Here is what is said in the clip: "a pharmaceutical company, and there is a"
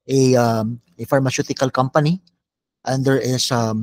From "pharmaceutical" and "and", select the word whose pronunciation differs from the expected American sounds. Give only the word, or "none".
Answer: none